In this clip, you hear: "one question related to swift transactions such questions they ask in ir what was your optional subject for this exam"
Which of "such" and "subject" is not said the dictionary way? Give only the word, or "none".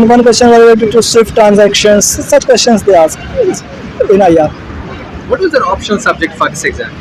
none